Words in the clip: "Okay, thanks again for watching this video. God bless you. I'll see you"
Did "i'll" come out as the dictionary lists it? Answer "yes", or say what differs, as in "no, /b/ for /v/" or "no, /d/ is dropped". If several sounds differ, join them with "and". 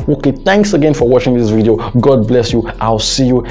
yes